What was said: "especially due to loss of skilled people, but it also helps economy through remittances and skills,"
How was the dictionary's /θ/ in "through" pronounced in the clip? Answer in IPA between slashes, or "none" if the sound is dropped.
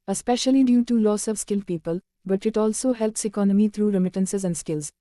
/t/